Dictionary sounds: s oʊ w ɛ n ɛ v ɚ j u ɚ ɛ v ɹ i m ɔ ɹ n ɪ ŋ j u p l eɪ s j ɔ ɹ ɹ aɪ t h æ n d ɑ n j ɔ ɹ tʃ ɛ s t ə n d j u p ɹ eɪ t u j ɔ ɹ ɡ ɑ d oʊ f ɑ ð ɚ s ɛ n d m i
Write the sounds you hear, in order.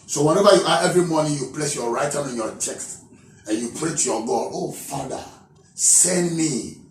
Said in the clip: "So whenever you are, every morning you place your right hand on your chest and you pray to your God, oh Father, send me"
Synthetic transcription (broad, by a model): s oʊ w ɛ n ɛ v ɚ j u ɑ ɛ v ɹ i m ɔ n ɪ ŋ j u p l eɪ s j ɔ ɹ ɹ aɪ t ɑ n ɑ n j ɔ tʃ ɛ s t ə n j u p ɹ eɪ t u j ɔ ɡ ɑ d oʊ f ɑ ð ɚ s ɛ n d m i